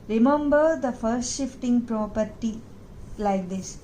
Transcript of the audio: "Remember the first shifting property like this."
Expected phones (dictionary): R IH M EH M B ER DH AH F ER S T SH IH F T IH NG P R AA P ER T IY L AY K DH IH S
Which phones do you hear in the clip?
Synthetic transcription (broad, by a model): R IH M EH M B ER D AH F ER S T SH IH F T IH NG P R AA P ER T IY L AY K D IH S